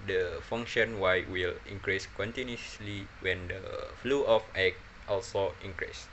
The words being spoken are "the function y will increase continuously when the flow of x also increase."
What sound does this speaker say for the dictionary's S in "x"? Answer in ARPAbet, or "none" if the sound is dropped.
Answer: none